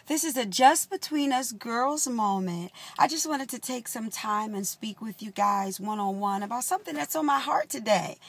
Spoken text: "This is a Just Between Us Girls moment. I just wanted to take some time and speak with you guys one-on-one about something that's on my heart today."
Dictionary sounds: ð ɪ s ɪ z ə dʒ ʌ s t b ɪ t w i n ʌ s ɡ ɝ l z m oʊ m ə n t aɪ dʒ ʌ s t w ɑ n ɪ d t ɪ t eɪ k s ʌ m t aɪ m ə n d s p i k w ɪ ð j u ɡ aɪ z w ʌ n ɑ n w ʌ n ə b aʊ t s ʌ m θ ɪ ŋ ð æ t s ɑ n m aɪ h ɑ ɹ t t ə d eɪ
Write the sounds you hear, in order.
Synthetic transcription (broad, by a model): ð ɪ s ɪ z ə dʒ ʌ s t b ɪ t w i n ʌ s ɡ ɝ l z m oʊ m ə n t aɪ dʒ ʌ s t w ɑ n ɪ d t ɪ t eɪ k s ʌ m t aɪ m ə n s p i k w ɪ ð j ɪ ɡ aɪ z w ʌ n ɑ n w ʌ n ə b aʊ t s ʌ m θ ɪ ŋ ð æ t s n m aɪ h ɑ ɹ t t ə d eɪ